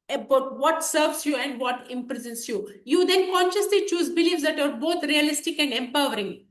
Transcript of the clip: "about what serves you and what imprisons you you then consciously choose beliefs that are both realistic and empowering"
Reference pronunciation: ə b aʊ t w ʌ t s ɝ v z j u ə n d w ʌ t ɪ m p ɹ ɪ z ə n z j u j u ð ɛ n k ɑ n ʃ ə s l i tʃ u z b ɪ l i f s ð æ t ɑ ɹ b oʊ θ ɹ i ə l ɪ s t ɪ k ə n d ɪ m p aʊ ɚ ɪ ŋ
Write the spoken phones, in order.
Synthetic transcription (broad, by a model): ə b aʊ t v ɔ t s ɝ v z j u ə n d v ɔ t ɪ m p ɹ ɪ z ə n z j u j u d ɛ n k ɑ n ʃ ə s l i tʃ u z b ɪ l i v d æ t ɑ ɹ b oʊ t ɹ i ə l ɪ s t ɪ k ə n d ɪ m p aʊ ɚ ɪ ŋ